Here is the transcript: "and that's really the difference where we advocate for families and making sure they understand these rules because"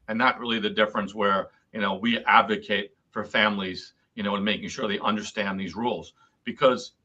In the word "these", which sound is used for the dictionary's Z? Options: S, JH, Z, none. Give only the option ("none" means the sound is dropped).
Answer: Z